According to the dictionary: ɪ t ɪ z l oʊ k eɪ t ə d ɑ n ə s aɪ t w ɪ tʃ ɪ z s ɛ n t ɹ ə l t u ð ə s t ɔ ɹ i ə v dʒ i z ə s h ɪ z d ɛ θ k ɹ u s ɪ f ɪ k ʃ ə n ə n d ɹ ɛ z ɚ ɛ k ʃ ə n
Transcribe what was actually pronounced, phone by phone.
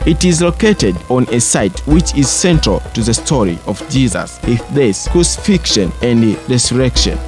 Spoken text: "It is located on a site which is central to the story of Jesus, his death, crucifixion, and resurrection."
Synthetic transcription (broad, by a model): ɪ t ɪ z l oʊ k eɪ t ə d ɑ n ə s aɪ t w ɪ tʃ ɪ z s ɛ n t ɹ ə l t u ð ə s t ɔ ɹ i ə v dʒ i z ə s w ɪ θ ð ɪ s k ɹ u s ɪ f ɪ k ʃ ə n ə n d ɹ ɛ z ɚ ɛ k ʃ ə n